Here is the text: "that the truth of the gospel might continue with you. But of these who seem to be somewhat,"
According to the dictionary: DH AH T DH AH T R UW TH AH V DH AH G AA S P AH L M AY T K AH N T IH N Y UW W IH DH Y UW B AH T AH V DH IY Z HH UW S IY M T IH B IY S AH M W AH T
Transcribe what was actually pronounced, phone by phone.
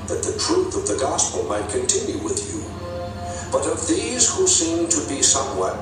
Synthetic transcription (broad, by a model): DH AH T DH AH T R UW TH AH V DH AH G AA S P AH L M AY T K AH N T IH N Y UW W IH DH Y UW B AH T AH V DH IY Z HH UW S IY M T IH B IY S AH M W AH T